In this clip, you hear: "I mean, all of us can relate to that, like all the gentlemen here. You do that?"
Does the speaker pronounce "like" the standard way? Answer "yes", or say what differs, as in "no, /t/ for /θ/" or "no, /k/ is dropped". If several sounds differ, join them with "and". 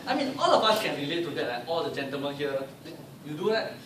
no, /k/ is dropped